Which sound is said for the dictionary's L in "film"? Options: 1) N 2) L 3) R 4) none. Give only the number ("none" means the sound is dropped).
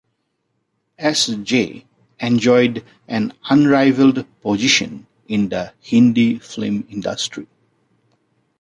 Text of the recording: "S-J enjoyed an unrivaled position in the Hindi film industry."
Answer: 4